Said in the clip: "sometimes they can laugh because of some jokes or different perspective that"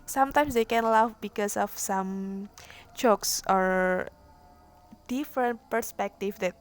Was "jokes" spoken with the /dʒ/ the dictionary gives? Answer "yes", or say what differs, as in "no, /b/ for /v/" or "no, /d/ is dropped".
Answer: no, /tʃ/ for /dʒ/